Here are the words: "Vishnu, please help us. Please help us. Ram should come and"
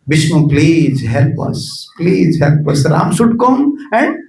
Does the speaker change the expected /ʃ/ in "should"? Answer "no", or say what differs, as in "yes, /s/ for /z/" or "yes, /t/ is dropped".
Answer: yes, /s/ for /ʃ/